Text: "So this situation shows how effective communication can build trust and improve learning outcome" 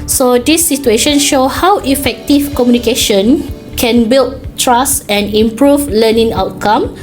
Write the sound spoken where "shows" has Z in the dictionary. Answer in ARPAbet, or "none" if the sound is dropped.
none